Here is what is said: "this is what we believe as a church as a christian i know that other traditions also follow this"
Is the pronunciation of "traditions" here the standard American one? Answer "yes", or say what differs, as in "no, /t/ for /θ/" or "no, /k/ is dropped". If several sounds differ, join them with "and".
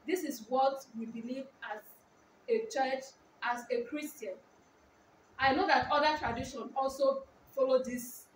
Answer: no, /z/ is dropped